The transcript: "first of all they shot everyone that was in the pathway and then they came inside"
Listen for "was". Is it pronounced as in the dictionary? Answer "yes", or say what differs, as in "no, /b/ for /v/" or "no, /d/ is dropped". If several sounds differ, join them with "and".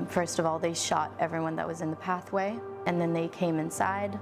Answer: yes